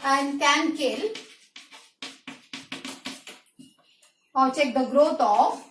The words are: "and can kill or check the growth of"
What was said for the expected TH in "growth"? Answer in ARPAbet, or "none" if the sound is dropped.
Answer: T